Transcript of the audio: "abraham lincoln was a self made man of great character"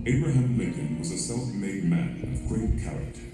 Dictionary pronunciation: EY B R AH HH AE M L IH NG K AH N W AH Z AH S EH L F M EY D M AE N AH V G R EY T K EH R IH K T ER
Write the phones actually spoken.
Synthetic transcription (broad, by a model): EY B R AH HH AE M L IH K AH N W AH Z AH S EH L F M EY D M AE N AH V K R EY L K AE R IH K T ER